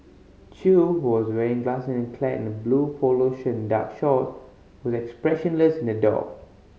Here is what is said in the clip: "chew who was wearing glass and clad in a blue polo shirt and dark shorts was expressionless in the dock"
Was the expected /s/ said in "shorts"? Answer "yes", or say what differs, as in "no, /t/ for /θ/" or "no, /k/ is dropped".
no, /s/ is dropped